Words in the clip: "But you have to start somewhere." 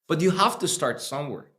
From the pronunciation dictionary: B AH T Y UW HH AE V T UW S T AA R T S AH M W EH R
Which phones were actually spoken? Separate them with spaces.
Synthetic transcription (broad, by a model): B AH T Y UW HH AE F T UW S T AA R T S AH M W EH R